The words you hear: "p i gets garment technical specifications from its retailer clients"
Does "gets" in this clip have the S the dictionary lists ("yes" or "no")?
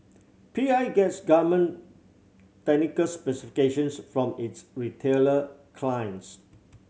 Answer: yes